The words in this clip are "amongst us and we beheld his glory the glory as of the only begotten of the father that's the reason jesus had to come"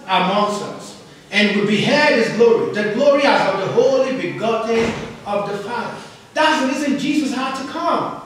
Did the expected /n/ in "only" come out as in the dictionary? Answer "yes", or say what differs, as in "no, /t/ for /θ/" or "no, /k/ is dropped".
no, /n/ is dropped